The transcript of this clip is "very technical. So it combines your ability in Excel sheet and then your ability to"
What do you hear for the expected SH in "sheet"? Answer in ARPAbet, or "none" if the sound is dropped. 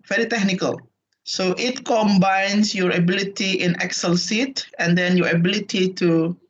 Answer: S